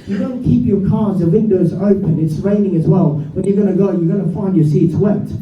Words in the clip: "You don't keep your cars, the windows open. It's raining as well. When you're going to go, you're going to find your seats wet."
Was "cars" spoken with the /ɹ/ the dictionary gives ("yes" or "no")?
yes